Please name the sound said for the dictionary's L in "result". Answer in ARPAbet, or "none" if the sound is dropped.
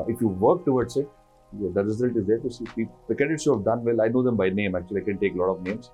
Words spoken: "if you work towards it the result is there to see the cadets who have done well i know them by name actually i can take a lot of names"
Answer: none